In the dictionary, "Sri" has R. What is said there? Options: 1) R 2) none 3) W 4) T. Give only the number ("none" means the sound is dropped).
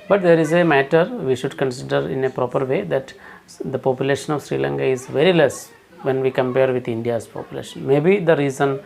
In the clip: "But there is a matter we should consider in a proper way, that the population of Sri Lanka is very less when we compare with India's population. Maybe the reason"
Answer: 1